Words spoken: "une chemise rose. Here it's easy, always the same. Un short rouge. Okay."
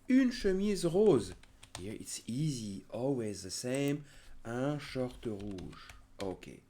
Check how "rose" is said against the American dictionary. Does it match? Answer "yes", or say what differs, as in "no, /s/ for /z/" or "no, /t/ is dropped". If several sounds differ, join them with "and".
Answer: yes